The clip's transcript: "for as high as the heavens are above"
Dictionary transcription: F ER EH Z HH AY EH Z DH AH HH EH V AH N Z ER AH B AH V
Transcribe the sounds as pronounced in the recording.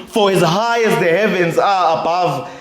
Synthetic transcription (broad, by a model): F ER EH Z HH AY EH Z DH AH HH EH V AH N Z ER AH B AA V